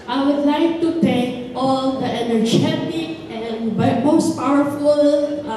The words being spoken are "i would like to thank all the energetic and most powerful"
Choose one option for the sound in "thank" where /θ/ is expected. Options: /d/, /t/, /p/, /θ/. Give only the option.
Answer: /t/